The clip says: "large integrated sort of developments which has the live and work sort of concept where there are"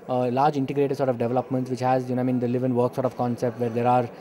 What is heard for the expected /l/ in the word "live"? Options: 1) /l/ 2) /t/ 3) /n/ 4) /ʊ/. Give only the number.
3